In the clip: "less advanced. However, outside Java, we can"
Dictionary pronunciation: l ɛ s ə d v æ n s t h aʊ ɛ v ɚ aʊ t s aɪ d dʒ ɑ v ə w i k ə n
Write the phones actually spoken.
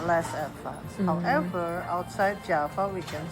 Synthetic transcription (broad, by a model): l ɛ s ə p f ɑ s h aʊ ɛ v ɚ aʊ t s aɪ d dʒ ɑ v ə w i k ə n